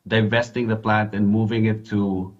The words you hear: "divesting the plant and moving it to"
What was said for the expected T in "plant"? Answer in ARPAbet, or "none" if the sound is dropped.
T